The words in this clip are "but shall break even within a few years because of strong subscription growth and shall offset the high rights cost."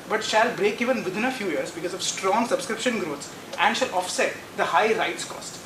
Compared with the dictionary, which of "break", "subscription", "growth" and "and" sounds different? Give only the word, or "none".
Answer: growth